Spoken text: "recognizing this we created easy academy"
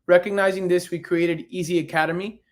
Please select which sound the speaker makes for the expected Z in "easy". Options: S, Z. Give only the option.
Z